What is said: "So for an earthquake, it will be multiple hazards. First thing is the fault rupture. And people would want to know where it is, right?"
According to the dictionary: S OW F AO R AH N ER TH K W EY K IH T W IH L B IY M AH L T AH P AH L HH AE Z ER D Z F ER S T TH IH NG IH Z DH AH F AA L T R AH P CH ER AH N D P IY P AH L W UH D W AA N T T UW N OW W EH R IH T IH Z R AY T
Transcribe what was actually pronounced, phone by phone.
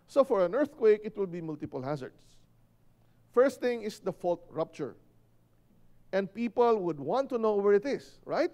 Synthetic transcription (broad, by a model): S OW F AO R AH N ER TH K W EY K IH T W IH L B IY M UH L T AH P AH L HH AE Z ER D S F ER S T TH IH NG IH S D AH F AA L T R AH P CH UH AH N D P IY P AH L W UH D W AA N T T UW N OW W EH R IH T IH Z R AY T